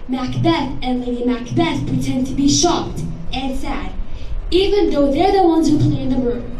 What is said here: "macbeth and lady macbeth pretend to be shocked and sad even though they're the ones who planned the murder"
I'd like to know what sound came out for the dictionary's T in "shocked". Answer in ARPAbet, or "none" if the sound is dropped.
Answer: T